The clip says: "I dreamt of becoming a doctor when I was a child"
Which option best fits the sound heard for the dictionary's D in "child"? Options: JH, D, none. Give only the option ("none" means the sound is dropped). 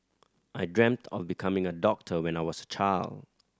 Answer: D